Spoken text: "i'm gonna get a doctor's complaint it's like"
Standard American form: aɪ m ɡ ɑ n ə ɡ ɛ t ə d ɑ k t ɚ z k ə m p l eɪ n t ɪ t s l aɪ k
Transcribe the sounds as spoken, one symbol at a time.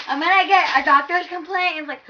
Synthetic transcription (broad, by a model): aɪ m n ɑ ə ɡ ɛ t ə d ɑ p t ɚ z k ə m p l eɪ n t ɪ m l aɪ k